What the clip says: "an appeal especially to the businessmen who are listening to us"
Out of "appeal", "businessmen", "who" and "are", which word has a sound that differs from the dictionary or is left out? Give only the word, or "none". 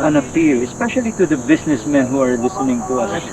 businessmen